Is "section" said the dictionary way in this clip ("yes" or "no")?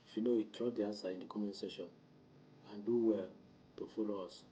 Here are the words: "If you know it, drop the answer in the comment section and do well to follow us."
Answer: no